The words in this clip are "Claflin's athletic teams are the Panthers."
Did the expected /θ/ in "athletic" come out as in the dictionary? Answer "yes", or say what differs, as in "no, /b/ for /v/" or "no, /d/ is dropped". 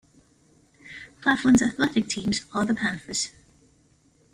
yes